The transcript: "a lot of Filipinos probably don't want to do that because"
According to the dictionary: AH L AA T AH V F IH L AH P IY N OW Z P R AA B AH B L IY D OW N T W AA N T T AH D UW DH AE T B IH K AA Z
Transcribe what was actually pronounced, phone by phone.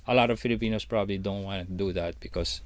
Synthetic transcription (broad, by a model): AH L AA T AH V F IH L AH P IY N OW S P R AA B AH B L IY D OW N T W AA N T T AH D UW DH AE T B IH K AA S